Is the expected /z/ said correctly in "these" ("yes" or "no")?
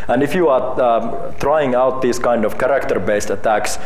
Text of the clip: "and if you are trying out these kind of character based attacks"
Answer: no